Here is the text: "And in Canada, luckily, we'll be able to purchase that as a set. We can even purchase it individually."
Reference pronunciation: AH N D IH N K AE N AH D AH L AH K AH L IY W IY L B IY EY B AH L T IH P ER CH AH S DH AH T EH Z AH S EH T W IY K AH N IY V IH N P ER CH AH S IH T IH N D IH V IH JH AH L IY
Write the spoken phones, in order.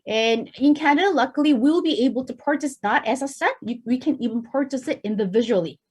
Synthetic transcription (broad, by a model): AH N IH N K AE AH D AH L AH K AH L IY W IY L B IY EY B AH L T IH P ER CH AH S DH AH T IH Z AH S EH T W IY K AH N IY V IH N P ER CH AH S IH T IH N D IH V IH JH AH L IY